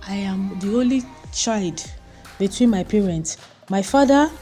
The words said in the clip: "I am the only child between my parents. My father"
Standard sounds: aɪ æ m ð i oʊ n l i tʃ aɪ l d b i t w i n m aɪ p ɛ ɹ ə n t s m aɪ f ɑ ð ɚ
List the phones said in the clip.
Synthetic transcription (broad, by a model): aɪ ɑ m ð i oʊ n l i tʃ aɪ l d b i t w i n m aɪ p ɛ ɹ ə n t s m aɪ f ɑ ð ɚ